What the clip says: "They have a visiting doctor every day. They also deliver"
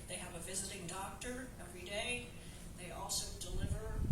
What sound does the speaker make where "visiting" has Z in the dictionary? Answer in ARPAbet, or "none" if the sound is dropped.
Z